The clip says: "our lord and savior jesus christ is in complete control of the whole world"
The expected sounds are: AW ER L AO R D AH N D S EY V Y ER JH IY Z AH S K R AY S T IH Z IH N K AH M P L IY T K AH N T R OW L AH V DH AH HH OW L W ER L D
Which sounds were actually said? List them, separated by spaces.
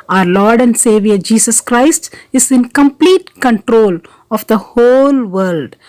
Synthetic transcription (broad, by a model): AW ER L AO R D AH N D S EY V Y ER JH IY S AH S K R AY S T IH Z IH N K AH M P L IY T K AH N T R OW L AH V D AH HH OW L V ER L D